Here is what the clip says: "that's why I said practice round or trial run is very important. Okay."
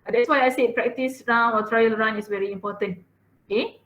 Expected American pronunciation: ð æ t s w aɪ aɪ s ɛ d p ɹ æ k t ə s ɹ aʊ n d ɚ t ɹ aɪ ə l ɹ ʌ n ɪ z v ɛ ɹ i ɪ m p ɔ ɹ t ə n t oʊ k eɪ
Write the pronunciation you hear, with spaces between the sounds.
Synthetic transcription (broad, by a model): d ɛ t s w aɪ aɪ s ɛ p ɹ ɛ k t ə s ɹ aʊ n ɔ t ɹ aɪ ə l ɹ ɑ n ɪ s v ɛ ɹ i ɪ m p ɔ t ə n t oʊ k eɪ